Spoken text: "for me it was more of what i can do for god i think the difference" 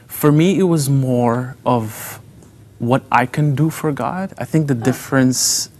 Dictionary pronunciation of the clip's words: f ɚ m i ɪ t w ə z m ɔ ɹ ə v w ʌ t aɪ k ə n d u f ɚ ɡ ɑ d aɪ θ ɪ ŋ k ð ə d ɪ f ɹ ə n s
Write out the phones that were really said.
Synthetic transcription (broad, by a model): f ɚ m i ɪ t w ə z m ɔ ɹ ə v w ʌ t aɪ k ə n d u f ɚ ɡ ɑ d aɪ θ ɪ ŋ k ð ə d ɪ f ɹ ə n s